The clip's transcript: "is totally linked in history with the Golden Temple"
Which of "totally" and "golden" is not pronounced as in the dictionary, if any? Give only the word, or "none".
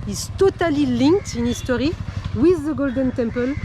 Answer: none